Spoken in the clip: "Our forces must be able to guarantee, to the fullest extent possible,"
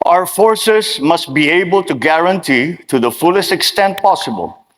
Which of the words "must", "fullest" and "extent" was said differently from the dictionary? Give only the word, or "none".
none